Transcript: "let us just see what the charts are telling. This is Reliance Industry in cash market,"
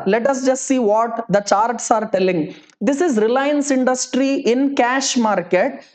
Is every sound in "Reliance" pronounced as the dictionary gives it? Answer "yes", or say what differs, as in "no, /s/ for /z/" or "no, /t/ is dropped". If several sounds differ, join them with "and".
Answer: yes